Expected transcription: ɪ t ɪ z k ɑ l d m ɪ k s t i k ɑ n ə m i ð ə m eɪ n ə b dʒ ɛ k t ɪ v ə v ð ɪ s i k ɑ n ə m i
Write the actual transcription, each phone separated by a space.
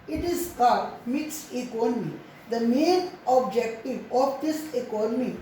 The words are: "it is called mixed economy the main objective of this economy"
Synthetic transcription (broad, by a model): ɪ t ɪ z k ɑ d m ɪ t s i k ɑ n ə m i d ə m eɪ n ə b dʒ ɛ k t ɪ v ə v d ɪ s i k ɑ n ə m i